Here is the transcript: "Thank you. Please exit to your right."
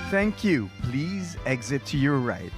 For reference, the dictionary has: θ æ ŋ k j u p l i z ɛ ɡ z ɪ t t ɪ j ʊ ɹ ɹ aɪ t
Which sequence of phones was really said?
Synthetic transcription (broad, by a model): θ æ ŋ k j u p l i z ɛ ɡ z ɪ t t ɪ j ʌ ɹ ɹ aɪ t